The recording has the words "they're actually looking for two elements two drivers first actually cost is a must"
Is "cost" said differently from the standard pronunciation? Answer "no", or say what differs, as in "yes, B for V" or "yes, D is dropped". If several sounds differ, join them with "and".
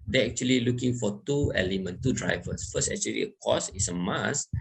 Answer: yes, T is dropped